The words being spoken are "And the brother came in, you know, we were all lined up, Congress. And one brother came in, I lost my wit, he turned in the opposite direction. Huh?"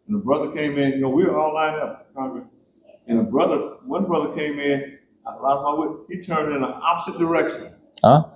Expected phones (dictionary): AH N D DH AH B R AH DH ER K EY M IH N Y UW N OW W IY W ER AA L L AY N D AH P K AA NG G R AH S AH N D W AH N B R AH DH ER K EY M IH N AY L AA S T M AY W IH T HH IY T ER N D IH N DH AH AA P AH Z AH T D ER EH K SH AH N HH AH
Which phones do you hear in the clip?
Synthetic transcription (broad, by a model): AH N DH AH B R AH DH ER K EY M IH N Y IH N OW W IY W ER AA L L AY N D AH P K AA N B R AH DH AH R W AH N B R AH DH ER K EY M IH N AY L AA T M AY W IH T HH IY T ER N D IH N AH AA P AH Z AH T D ER EH K SH AH N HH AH